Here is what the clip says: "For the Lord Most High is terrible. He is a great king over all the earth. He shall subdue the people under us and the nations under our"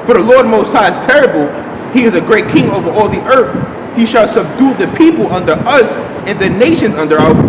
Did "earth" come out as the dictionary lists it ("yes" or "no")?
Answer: yes